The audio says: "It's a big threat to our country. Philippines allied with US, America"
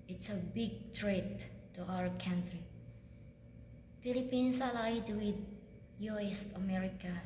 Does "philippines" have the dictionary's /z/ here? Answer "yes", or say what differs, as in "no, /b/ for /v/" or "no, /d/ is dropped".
no, /s/ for /z/